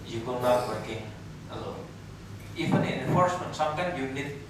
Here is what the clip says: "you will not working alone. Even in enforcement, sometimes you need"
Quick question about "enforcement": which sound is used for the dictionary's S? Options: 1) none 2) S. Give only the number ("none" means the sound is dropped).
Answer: 2